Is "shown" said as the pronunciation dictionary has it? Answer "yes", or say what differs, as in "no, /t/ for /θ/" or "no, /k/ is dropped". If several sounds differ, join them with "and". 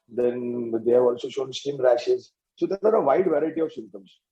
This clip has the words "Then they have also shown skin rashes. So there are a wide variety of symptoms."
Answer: yes